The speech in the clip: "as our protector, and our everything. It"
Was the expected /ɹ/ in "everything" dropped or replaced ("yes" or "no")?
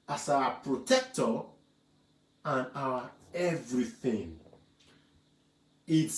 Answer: no